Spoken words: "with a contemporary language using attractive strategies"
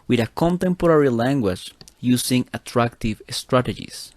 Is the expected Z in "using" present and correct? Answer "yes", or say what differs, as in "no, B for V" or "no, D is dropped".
no, S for Z